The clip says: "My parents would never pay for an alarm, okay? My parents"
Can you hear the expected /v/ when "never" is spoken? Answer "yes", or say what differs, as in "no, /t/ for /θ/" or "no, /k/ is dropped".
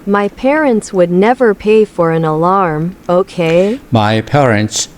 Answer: yes